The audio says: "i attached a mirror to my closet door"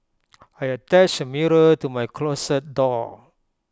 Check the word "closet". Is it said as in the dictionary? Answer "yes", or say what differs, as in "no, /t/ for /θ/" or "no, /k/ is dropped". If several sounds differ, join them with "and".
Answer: no, /s/ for /z/